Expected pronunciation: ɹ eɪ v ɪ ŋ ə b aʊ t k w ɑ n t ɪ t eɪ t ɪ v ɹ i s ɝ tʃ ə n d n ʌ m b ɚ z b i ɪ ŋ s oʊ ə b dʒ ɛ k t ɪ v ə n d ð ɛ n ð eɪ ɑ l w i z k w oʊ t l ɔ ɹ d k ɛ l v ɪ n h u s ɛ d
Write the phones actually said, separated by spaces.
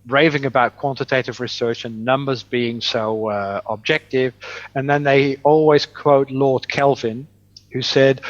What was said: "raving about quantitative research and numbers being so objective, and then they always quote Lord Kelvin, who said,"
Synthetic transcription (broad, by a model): ɹ eɪ v ɪ ŋ ə b aʊ t k w ɑ n t ɪ t eɪ t ɪ v ɹ i s ɝ tʃ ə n n ʌ m b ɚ z b i ɪ ŋ s oʊ ə b dʒ ɛ k t ɪ v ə n ð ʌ n ð eɪ ɑ l w i z k w oʊ t l ɔ ɹ d k ɛ l v ɪ n h u s ɛ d